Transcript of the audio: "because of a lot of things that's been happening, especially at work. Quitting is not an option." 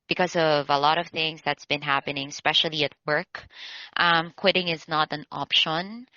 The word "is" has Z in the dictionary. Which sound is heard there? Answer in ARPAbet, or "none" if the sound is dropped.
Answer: Z